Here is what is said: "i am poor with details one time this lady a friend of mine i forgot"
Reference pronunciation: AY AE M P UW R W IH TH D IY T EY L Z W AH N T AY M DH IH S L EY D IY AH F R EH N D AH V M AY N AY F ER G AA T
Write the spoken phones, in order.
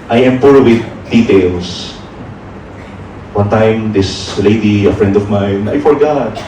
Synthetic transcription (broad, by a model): AY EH M P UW R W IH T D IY T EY L S W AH N T AY M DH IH S L EY D IY AH F R EH N D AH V M AY N AY F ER G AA T